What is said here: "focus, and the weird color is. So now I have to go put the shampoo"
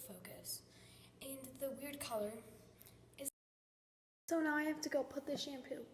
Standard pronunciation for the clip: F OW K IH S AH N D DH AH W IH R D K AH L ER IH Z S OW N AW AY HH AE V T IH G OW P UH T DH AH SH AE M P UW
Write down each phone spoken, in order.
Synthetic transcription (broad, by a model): F OW K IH S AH N DH AH W IH R D K AH L ER IH Z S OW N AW AY HH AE F T IH G OW P UH T DH AH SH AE M P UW